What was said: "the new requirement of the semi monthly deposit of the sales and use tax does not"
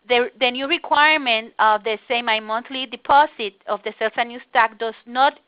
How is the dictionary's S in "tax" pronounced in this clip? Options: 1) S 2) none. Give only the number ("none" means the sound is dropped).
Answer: 2